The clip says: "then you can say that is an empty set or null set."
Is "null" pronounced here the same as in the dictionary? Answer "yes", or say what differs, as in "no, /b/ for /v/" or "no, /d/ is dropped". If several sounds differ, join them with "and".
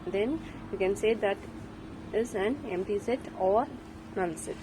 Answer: no, /n/ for /l/